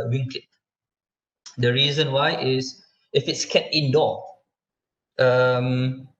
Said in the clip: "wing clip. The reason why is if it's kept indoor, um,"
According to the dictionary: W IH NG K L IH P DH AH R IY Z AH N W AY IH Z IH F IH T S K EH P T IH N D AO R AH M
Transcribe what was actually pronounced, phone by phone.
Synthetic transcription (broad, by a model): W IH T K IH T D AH R IY Z AH N W AY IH S IH F IH T S K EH T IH N D AO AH M